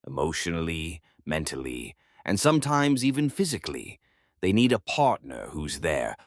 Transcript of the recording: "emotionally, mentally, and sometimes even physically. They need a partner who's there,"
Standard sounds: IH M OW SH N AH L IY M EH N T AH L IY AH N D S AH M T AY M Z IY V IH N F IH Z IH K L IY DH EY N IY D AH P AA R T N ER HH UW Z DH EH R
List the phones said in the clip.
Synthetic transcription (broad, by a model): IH M OW SH N L IY M EH N T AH L IY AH N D S AH M T AY M Z IY V IH N F IH Z IH K L IY DH EY N IY D AH P AA R T N ER HH UW Z DH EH R